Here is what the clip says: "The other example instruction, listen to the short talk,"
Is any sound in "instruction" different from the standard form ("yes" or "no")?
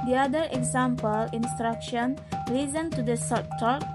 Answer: no